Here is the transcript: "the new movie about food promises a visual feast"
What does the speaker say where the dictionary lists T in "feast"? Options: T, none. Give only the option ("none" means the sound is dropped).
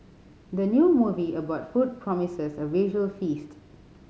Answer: T